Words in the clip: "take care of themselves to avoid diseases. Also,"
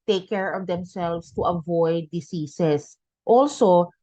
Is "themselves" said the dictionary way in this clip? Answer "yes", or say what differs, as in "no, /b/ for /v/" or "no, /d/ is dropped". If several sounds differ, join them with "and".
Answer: no, /s/ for /z/